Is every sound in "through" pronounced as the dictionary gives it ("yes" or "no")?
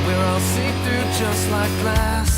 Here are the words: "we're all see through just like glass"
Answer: no